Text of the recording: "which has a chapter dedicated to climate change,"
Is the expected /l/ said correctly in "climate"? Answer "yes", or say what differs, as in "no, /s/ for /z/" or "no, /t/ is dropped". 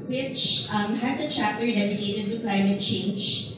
yes